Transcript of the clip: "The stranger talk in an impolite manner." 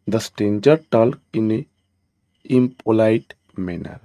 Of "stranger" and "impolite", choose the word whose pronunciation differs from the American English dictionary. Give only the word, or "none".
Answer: stranger